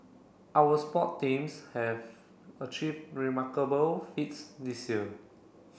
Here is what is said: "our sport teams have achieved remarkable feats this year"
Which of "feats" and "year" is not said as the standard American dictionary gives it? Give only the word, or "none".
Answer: year